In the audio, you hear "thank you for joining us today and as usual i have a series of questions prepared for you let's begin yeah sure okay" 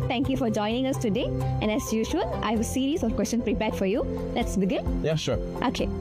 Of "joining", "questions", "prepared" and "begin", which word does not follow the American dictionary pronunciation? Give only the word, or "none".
questions